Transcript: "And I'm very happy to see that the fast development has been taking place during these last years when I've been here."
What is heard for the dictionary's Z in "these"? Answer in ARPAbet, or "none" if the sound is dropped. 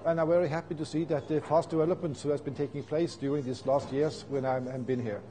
S